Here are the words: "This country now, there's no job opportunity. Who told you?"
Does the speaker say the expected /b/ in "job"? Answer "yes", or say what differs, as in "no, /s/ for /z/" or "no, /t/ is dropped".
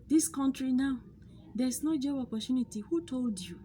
no, /b/ is dropped